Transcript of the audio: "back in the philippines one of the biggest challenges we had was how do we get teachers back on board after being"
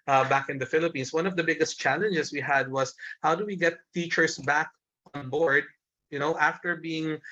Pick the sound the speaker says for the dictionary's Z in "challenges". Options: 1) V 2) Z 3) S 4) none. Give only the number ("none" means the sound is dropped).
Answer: 3